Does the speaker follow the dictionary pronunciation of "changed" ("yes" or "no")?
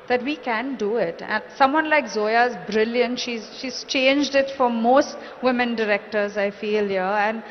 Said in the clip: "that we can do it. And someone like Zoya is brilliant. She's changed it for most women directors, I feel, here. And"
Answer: yes